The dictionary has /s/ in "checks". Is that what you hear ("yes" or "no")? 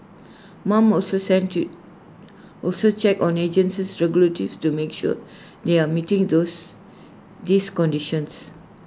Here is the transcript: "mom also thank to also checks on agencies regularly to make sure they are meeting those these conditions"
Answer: no